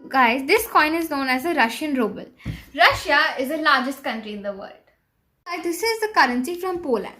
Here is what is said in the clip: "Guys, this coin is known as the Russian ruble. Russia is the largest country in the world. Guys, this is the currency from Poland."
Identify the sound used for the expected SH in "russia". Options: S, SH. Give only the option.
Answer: SH